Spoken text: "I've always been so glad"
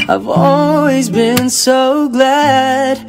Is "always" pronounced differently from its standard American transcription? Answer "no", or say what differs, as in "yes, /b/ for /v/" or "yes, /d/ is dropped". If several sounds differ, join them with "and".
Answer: no